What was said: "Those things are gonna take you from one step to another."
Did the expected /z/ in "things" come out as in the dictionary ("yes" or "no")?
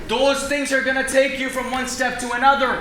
yes